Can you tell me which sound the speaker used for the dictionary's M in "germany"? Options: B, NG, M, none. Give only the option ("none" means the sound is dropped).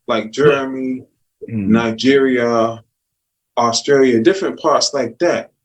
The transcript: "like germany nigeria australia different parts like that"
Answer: none